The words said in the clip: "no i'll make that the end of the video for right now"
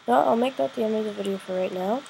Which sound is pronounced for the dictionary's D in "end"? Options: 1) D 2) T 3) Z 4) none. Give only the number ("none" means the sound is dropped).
4